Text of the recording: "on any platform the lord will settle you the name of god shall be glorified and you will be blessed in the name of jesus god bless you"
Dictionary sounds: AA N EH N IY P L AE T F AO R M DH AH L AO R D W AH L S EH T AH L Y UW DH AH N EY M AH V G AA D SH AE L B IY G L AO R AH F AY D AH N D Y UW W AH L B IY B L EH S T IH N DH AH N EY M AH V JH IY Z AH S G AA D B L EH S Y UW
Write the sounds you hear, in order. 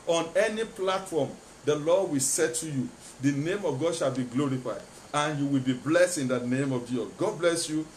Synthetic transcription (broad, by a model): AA N EH N IY P L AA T F AO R M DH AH L AO D W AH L S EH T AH Y UW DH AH N EY M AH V G AA D SH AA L B IY G L AO R AH F AY D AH N Y UW W AH L B IY B L EH S T IH N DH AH N EY M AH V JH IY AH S G AA D B L EH S Y UW